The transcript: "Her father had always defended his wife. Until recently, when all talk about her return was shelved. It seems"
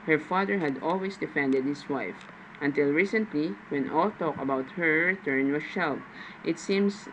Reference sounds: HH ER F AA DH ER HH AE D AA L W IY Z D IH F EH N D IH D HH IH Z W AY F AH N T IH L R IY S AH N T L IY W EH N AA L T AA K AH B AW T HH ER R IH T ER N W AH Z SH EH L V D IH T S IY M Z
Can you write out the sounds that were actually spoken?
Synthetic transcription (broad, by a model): HH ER F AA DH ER HH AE D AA L W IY S D IH F EH N D IH D HH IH S W AY F AH N T IH L R IY S AH N T L IY W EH N AA L T AA K AH B AW T HH ER R IH T ER N W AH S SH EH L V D IH T S IY M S